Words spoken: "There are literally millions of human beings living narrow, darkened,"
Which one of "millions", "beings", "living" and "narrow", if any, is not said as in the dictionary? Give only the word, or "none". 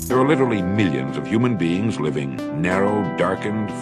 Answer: none